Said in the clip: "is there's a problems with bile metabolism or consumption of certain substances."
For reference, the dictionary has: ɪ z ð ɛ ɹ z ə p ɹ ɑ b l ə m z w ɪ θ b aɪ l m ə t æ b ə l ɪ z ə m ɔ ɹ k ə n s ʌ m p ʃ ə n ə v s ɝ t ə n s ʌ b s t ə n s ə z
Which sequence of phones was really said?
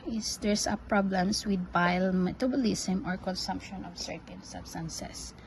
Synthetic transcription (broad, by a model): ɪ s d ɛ ɹ s ə p ɹ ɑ b l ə m s w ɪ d b aɪ l m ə t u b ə l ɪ s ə m ɔ ɹ k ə n s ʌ m p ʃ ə n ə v s ɝ t ə n s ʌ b s t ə n s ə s